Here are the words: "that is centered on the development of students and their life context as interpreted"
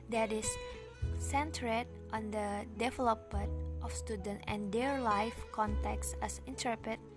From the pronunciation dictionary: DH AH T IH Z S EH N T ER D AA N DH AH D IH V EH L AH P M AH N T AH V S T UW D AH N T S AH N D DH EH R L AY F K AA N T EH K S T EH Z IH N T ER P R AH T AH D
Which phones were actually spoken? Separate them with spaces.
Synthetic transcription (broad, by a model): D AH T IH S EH N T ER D AA N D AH D IH V EH L AH P M AH N T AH F S T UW D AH N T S AH N D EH R L AY F K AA N T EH K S EH S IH N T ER P R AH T